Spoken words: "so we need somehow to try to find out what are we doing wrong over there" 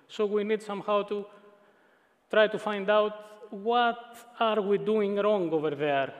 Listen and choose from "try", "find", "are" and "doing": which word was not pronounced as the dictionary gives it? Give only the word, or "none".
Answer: none